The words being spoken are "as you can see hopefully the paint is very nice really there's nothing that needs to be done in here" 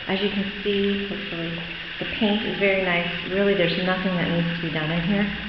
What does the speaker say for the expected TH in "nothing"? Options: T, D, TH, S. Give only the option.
TH